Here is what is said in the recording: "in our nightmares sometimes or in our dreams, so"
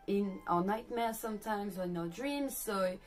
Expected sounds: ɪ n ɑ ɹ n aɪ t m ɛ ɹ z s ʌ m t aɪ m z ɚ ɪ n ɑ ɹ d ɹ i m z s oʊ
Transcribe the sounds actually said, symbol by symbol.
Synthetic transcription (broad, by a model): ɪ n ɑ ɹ n aɪ t m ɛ s ʌ m t aɪ m z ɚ ɪ n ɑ d ɹ i m z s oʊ